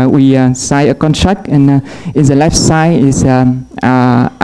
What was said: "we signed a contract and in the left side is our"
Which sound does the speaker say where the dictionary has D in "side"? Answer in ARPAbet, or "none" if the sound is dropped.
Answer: none